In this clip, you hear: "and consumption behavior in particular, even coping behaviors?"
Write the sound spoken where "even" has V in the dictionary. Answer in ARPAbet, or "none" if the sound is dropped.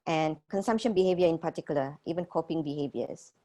V